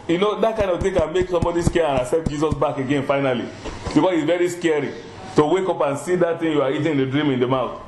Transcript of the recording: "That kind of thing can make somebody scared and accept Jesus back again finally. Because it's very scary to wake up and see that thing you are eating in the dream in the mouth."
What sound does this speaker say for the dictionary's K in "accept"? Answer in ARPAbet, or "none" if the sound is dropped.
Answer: none